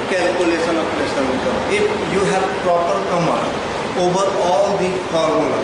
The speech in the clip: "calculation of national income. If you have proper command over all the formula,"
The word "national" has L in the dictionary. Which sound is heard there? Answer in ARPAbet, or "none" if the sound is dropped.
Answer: N